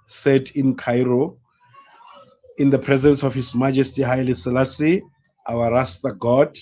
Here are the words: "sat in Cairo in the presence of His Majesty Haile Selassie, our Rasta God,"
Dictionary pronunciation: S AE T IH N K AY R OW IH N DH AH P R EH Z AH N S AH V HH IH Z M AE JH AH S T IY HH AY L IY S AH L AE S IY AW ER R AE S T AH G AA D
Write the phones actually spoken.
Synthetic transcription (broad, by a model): S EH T IH N K AY R OW IH N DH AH P R EH Z AH N S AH F HH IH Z M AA JH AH S T IY HH AY L IY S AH L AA S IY AW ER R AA S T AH G AA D